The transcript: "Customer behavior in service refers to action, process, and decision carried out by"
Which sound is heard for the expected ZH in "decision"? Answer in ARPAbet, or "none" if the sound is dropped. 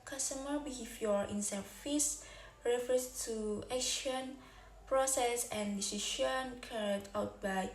SH